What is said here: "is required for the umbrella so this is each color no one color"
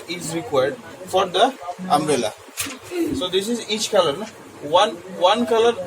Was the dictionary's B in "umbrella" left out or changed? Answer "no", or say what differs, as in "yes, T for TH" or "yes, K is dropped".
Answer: yes, B is dropped